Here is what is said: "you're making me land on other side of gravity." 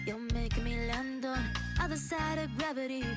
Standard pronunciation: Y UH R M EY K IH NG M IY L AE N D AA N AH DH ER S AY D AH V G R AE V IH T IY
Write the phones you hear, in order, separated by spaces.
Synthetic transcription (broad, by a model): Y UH M EY IH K M IY L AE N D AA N AH DH ER S AY D AH V G R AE V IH T IY